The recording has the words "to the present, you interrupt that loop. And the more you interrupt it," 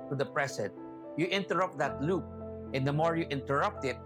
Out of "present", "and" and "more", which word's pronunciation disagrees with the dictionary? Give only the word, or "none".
present